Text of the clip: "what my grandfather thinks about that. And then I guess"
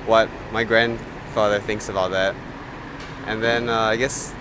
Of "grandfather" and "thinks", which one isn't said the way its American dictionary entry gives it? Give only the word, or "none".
none